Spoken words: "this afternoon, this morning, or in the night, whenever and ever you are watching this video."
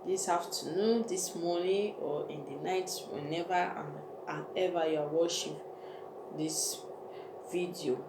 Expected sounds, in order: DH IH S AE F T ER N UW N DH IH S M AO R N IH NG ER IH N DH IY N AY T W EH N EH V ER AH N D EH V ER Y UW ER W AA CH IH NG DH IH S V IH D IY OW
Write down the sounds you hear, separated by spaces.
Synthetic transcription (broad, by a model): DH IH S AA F T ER N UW N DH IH S M AO N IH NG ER IH N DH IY N AY T W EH N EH V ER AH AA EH V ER Y UW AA W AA SH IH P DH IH S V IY D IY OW